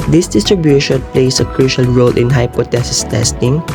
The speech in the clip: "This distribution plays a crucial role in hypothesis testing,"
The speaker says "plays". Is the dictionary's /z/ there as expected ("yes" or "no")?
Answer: no